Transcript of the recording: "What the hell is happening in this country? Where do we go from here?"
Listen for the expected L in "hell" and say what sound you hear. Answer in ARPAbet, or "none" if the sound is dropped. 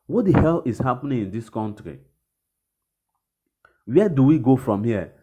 L